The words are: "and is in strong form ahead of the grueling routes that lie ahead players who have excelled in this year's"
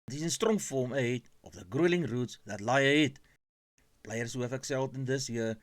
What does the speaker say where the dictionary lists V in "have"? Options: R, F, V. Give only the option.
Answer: F